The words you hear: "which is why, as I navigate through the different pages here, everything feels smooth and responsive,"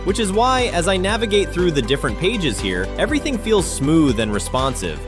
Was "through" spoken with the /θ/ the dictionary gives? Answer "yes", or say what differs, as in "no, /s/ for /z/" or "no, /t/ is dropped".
yes